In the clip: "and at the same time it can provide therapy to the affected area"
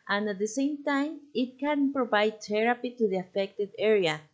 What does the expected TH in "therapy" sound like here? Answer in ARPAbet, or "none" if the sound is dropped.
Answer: T